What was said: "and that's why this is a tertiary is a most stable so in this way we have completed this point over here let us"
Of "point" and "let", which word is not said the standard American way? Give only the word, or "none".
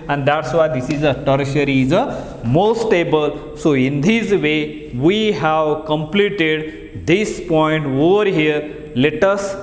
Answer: none